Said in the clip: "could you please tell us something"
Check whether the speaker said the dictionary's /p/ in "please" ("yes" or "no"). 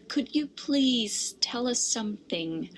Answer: yes